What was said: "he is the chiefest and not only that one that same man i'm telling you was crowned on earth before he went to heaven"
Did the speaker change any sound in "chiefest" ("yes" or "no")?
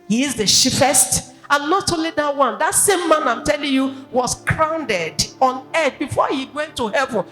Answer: yes